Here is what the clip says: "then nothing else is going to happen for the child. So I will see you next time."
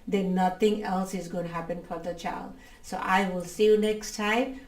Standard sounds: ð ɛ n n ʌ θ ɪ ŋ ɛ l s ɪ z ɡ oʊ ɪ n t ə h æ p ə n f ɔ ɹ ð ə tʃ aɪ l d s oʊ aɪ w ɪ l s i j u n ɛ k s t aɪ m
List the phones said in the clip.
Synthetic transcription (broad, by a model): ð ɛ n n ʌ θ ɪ ŋ ɛ l s ɪ z ɡ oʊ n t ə h æ p ə n f ɔ ɹ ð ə tʃ aɪ l d s oʊ aɪ w ɪ l s i j u n ɛ k s t aɪ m